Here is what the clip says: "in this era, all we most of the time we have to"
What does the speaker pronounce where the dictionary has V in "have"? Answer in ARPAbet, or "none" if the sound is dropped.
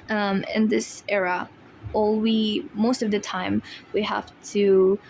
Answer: F